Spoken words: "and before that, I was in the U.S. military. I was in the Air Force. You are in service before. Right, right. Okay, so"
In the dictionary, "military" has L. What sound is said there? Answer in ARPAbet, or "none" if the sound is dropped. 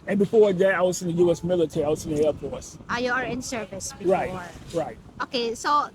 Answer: L